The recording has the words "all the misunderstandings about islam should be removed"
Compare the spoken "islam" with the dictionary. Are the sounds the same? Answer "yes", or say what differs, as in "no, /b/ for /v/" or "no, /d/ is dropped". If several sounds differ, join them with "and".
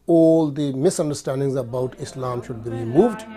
yes